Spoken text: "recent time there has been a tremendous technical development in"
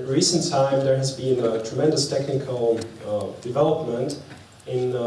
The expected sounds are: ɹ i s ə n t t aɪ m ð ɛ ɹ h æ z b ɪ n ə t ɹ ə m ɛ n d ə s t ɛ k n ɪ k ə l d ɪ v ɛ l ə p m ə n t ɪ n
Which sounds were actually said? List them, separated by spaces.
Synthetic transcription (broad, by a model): ɹ i s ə n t t aɪ m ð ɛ ɹ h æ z b ɪ n ə t ɹ ə m ɛ n d ə s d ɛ k ɪ k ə n d ɪ v ɛ l ə p m ə n t ɪ n